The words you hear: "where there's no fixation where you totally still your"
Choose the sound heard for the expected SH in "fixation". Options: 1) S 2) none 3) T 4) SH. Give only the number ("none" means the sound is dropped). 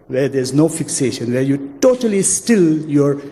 4